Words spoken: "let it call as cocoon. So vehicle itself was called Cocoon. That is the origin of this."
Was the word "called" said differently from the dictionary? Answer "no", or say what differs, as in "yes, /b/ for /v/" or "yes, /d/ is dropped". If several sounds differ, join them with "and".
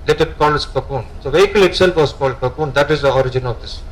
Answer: no